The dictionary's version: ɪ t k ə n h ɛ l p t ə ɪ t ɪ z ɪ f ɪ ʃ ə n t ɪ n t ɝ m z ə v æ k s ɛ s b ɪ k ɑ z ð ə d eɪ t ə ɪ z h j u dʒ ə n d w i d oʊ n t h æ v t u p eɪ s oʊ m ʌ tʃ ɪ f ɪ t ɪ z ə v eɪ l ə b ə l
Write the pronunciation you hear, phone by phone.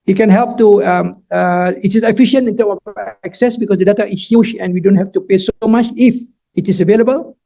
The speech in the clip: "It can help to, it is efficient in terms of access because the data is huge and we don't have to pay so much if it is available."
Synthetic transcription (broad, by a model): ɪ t k ə n h ɛ l p t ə ɪ t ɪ s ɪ f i ʃ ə n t ɪ n t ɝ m ə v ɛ k s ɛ s b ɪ k ɑ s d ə d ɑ t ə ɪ s h j u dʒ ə n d w i d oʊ n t h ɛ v t u p eɪ s oʊ m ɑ tʃ ɪ f ɪ t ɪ s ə v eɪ l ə b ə l